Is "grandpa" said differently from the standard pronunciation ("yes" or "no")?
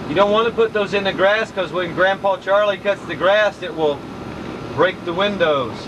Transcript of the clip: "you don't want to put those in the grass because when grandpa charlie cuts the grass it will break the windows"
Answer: no